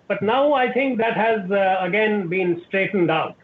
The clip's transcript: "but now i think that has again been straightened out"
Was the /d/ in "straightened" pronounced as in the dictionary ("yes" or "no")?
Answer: yes